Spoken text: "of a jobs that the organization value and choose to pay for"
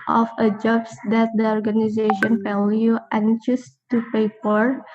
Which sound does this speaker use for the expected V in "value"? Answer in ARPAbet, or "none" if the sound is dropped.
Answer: F